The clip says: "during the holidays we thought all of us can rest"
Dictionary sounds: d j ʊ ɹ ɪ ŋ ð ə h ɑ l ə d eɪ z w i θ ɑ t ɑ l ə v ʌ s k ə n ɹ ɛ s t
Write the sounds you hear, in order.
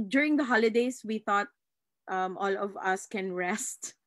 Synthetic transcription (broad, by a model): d j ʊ ɹ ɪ ŋ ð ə h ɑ l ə d eɪ s w i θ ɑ t ɑ l ə v ʌ s k ə n ɹ ɛ s t